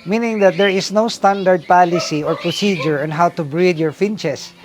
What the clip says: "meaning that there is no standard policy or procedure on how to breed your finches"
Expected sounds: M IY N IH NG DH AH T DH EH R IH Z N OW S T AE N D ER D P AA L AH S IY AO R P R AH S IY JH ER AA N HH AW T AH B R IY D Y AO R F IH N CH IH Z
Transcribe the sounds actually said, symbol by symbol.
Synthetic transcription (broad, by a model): M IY N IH NG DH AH T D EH R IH S N OW S T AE N D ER D P AA L AH S IY AO R P R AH S IY JH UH AA N HH AW T AH B R IY D Y AO R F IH N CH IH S